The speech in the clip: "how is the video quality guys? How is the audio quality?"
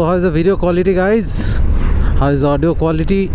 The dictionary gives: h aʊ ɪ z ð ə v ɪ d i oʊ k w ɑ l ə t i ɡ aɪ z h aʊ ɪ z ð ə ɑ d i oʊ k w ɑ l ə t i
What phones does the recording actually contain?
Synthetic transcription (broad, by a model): h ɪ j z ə b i d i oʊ k w ɑ l ə t i ɡ aɪ z h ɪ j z ɑ d i oʊ k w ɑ l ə t i